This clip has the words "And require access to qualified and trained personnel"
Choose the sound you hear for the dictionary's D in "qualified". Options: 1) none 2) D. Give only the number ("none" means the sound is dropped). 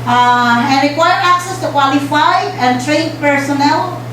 1